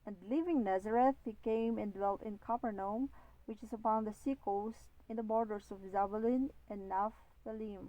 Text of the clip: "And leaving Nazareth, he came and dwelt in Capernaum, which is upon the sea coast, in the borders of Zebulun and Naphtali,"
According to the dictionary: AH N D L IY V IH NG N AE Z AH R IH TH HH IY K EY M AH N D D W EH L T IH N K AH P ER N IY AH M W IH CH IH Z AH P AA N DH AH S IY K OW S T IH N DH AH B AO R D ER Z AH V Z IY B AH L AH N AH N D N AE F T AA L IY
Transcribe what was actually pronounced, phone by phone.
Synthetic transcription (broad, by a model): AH N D L IY V IH NG N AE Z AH R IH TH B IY K EY M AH N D D W EH L T IH N K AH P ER N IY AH M W IH CH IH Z AH P AA N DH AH S IY K OW S T IH N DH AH B AO R D ER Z AH V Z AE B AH L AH N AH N N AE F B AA L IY